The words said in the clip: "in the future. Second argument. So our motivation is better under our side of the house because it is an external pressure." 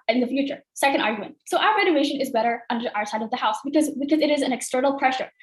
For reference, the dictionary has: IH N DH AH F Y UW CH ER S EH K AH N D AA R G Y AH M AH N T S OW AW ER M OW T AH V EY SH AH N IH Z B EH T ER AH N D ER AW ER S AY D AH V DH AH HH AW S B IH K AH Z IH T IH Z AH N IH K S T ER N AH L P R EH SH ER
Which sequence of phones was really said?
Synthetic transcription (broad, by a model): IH N DH AH F Y UW CH ER S EH K AH N D AA R G Y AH M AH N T S OW AW ER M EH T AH EY SH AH N IH Z B EH T ER AH N D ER AW ER S AY D AH V DH AH HH AW S B IH K AH Z IH T IH Z AH N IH K S T ER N L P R EH SH ER